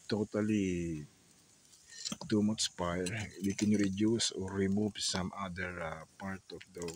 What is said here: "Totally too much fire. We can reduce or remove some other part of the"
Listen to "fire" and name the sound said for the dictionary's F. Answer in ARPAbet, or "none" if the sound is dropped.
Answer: P